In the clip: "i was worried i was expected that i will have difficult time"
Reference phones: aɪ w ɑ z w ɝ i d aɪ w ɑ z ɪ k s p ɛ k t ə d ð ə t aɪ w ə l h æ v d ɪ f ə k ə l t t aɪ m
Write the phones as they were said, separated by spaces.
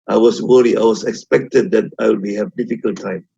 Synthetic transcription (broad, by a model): aɪ w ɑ s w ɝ i aɪ w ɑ s ɪ k s p ɛ k t ə d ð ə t aɪ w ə h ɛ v d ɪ f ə k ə l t t aɪ m